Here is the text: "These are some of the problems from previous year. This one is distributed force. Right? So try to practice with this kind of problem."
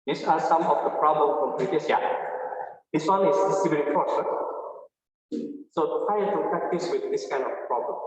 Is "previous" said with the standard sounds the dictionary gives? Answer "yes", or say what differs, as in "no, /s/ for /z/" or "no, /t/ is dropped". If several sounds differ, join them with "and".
no, /l/ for /ɹ/